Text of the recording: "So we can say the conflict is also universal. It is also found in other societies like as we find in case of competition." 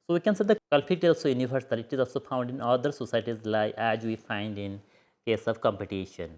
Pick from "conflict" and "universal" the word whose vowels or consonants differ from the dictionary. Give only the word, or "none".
conflict